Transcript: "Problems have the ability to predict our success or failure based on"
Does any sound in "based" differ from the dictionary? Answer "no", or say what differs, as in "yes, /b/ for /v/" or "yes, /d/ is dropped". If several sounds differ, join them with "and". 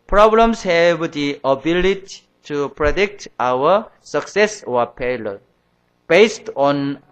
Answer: no